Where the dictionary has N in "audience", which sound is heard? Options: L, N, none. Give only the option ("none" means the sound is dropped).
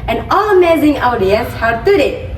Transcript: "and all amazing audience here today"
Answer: none